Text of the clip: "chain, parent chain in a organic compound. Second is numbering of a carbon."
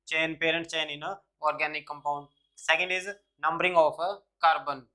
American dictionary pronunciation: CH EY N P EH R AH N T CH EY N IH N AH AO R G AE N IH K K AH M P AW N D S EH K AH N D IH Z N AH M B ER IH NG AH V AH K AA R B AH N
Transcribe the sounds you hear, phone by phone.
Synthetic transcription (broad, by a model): CH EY N P EH R AH N T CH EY N IH N AH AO R G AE N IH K K AH M P AW N D S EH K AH N D IH Z N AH M B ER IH NG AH F AH K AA R B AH N